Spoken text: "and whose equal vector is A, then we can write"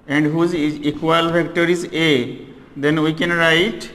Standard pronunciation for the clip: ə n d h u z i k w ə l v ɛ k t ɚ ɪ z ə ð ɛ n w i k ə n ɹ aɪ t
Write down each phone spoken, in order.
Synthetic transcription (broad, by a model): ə n d h u z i k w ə l f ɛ k t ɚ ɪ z ə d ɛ n w i k ə n ɹ aɪ t